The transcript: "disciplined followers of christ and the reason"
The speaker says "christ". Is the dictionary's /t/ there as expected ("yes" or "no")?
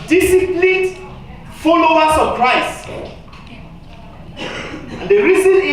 no